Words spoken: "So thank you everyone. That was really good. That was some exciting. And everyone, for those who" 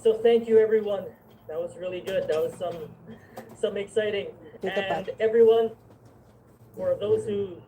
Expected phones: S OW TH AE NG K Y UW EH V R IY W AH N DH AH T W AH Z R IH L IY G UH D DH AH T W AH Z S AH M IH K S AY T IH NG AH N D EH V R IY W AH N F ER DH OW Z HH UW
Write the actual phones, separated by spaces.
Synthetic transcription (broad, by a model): S OW TH AE NG K Y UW EH V R IY W AH N DH AH T W AH Z R IH L IY G UH D DH AH T W AH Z S AH M IH K S AY T IH NG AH N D EH V R IY W AH N F ER DH OW Z HH UW